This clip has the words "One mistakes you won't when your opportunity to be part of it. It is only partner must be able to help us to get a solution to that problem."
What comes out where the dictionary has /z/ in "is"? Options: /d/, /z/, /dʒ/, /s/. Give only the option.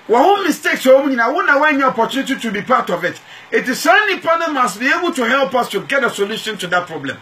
/s/